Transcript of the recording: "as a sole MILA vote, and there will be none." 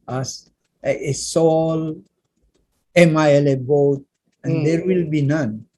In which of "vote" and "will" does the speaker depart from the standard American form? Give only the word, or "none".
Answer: vote